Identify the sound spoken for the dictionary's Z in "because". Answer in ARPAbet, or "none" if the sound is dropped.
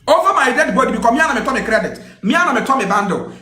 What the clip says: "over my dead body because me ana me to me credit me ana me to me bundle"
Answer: none